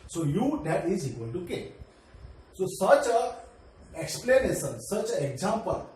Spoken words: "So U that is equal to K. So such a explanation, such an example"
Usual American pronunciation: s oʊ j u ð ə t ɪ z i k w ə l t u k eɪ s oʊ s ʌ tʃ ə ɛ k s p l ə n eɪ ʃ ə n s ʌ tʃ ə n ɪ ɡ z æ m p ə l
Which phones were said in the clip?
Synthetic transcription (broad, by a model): s oʊ j u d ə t ɪ z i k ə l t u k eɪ s oʊ s ʌ tʃ ə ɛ k s p l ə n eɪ s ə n s ʌ tʃ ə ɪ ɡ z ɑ m p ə l